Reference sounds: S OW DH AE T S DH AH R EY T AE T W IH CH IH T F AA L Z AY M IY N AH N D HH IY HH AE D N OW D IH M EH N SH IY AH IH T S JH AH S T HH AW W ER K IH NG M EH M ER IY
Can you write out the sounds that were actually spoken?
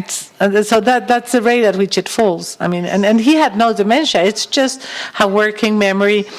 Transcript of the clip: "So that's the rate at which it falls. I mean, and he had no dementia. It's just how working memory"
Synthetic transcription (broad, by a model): S OW DH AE T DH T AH R EY T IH T W IH CH IH T F AA L Z AY M IY N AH N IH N IY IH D N OW D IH M EH N SH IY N IH T S JH AH S T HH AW W ER K IH NG M EH M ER IY